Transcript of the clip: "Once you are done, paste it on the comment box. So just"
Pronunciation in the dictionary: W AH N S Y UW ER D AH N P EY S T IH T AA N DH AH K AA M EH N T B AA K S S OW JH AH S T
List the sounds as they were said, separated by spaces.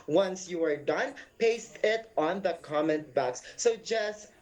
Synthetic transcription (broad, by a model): W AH N S Y UW ER D AH N P EY S T IH T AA N DH AH K AA M EH N T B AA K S S OW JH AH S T